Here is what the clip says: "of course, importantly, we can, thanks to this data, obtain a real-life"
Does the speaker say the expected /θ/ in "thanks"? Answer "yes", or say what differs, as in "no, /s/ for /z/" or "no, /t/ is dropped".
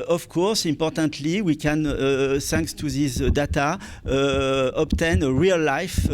no, /s/ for /θ/